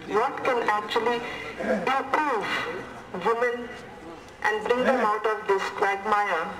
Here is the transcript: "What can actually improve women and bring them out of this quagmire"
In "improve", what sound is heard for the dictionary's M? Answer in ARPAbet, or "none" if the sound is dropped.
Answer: none